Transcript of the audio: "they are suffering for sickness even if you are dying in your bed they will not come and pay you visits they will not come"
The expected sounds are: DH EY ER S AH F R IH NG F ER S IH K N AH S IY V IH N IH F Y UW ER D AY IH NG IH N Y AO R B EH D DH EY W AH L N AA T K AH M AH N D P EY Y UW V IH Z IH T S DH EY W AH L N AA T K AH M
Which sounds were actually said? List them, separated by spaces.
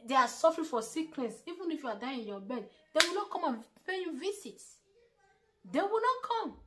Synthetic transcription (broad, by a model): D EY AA S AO F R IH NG F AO S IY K L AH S IY V IH N IH F Y UW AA D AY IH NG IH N Y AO B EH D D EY W AH L N AA T K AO M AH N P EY Y UW V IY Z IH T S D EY W AH L N AA T K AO M